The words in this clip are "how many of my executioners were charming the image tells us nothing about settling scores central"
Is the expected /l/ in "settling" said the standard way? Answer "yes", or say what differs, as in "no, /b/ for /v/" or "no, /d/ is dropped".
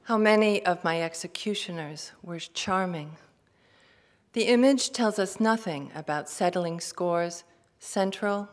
yes